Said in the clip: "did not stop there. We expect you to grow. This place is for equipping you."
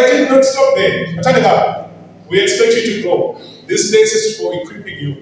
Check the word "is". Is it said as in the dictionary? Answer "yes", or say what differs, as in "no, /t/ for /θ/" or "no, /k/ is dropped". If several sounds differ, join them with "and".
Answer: no, /s/ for /z/